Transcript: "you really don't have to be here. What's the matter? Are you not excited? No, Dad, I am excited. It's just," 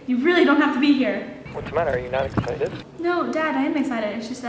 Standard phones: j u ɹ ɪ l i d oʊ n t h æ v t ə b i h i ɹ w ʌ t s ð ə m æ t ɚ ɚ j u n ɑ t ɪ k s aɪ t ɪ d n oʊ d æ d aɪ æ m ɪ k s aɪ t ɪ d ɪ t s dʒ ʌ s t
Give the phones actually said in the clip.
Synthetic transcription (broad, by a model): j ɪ ɹ ɪ l i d oʊ n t h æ f t ə b i h i ɹ w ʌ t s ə m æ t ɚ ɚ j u n ɑ t ɪ k s aɪ t ɪ d n oʊ d æ d aɪ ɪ m ɪ k s aɪ t ɪ d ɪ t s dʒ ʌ s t